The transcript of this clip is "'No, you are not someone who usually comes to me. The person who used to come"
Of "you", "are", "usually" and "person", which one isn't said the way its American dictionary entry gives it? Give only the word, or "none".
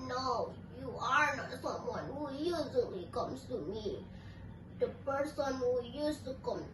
usually